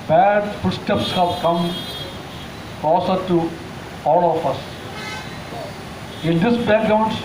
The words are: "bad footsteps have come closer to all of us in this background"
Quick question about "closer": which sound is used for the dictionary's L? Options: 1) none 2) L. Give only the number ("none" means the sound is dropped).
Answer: 1